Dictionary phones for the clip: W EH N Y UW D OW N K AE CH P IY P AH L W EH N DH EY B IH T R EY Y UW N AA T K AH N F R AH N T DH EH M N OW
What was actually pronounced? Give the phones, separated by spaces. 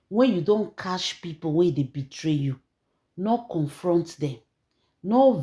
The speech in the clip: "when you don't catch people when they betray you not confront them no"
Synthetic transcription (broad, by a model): W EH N Y UW D OW N K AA SH P IY P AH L W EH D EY B IH T R EY Y UW N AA K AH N F R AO N T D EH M N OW